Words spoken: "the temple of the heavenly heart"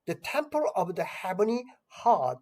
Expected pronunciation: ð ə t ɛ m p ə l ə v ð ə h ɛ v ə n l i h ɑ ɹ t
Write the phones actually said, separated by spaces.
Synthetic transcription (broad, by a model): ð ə t ɛ m p ə l ə v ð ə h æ b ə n i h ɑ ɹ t